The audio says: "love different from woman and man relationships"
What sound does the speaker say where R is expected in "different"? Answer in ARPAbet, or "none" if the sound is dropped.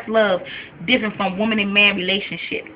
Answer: none